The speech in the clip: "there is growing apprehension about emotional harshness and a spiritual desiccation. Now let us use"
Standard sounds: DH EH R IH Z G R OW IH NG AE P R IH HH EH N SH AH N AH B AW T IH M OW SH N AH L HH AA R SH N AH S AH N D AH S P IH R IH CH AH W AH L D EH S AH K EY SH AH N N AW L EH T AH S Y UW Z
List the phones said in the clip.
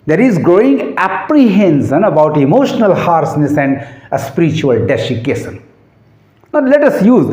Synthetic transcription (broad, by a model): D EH R IH Z G R OW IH NG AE P R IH HH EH N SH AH N AH B AW T IH M OW SH N AH L HH AA R S N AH S AH N D AH S P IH R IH CH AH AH L D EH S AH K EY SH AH N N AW L EH T AH S Y UW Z